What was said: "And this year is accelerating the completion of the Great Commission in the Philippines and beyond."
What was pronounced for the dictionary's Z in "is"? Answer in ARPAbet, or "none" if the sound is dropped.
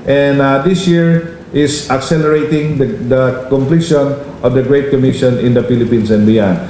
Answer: S